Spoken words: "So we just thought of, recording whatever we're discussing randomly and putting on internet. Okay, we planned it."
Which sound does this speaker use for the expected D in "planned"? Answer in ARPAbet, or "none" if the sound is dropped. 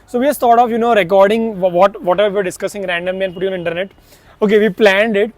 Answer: D